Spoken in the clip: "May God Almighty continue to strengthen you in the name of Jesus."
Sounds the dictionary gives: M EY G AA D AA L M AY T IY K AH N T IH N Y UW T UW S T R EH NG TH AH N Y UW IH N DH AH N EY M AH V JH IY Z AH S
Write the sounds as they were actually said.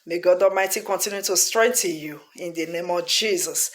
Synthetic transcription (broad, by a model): M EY G AA D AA M AY T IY K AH N T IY N Y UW T UW S T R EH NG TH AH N Y UW IH N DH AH N EY M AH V JH IY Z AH S